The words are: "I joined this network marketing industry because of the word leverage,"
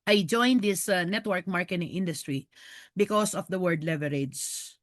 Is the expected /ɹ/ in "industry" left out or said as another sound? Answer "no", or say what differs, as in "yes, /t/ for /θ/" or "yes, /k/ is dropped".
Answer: no